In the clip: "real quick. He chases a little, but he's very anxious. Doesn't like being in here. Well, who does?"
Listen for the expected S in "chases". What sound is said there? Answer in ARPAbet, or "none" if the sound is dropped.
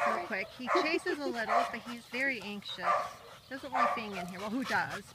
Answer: S